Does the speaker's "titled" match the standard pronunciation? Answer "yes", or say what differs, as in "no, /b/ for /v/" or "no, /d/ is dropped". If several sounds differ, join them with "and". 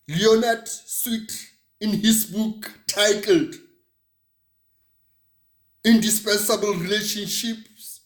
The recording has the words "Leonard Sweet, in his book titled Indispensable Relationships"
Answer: yes